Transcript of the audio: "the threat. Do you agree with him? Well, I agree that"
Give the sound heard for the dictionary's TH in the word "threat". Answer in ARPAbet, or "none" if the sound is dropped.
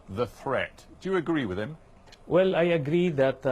TH